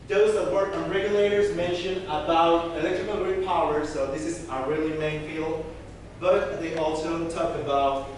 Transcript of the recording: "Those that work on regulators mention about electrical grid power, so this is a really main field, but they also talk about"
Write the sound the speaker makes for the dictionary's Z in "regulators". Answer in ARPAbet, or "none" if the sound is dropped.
Z